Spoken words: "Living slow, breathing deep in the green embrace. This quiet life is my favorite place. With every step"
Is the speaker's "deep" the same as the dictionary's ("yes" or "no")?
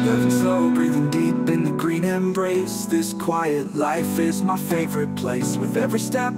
no